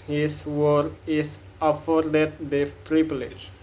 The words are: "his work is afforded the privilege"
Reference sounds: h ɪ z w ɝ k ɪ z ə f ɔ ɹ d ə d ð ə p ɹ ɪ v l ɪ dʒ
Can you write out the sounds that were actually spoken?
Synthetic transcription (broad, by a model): h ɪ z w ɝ ɪ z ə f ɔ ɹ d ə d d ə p ɹ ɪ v l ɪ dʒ